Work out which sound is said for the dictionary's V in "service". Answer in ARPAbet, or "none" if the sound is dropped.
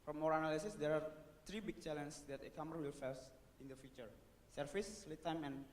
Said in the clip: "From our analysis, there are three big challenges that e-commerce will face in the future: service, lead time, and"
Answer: F